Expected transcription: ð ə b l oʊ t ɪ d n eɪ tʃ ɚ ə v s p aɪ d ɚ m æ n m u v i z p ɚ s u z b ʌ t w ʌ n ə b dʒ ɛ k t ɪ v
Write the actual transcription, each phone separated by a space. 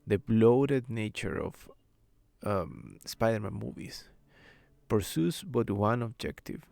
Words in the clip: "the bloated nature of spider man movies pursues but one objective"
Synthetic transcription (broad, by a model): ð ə b l oʊ t ɪ d n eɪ tʃ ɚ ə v s p aɪ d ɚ m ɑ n m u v i s p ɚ s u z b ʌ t w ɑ n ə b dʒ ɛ k t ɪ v